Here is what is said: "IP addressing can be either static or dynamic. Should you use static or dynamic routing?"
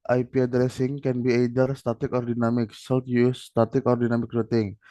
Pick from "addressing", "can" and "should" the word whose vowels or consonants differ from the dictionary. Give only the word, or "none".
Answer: should